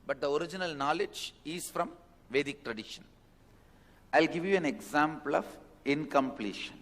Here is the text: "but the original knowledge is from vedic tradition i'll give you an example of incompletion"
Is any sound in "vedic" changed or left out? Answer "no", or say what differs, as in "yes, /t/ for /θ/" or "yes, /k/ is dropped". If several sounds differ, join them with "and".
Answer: no